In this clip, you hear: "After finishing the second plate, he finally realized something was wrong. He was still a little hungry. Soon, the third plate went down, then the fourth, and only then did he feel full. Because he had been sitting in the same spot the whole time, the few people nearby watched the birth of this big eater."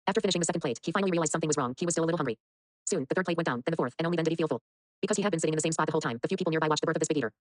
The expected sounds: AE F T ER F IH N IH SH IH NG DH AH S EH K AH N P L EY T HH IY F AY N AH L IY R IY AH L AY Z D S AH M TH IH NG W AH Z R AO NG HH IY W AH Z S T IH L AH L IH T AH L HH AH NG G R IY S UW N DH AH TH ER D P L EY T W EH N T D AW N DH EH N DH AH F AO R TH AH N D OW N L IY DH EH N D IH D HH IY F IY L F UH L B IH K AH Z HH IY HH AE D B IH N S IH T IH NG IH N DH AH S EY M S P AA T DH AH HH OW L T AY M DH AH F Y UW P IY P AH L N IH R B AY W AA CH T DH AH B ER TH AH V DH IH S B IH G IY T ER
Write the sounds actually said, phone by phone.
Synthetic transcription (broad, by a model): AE F T ER F IH N IH SH IH NG DH AH S EH K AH N P L EY T HH IY F AY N L IY R IY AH L AY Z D S AH M TH IH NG W AH Z R AO NG HH IY W AH Z S T IH L AH L IH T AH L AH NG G R IY S UW N DH AH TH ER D P L EY T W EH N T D AW N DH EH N DH AH F AO R TH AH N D OW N IY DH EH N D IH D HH IY F IY L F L B IH K AH Z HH IY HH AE D B IH N S IH T IH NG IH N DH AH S EY M S P AA T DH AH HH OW L T AY M DH AH F Y UW P IY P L N IH R B AY W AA CH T DH AH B ER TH AH V DH IH S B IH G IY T ER